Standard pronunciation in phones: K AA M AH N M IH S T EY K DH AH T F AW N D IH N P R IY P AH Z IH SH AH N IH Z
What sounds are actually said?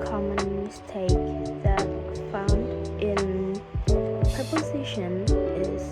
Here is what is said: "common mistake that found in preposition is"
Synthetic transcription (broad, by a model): K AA M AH N M IH S T EY K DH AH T F AW N D IH N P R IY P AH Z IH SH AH N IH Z